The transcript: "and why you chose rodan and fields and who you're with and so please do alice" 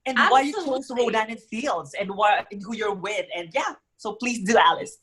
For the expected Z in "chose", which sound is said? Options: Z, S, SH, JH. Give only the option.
S